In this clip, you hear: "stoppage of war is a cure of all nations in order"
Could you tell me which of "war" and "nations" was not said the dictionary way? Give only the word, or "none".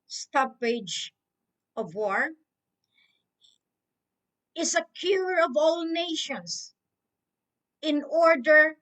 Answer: nations